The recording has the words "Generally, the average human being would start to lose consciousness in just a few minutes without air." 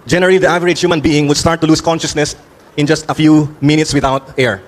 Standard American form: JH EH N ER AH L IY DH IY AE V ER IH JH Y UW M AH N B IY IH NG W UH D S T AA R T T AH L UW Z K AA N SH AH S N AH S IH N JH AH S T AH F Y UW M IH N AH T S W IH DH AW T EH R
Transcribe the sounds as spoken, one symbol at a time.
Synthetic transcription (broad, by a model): JH EH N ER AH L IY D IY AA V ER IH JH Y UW M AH N B IY IH NG W UH D S T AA R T T AH L UW S K AA N SH AH S N AH S IH N JH AH S T AH F Y UW M IH N AH T S W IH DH AW T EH R